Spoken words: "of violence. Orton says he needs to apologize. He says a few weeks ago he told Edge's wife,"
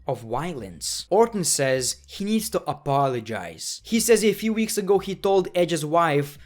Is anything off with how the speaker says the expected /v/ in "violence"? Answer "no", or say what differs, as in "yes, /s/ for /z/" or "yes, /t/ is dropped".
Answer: yes, /w/ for /v/